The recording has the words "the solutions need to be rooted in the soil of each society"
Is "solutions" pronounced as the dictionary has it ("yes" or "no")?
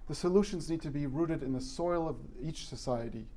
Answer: yes